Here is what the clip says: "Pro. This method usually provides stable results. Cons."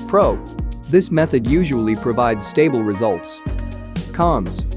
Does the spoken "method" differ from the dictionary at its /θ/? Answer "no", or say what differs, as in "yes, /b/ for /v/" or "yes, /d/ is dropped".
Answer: no